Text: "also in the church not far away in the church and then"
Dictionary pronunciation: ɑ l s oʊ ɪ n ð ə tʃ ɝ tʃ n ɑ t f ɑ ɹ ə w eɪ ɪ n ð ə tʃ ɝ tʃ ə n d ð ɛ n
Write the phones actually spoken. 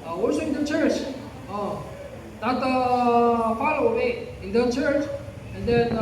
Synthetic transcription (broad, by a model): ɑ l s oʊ ɪ n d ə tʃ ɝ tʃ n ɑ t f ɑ l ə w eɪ ɪ n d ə tʃ ɝ tʃ ə n d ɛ n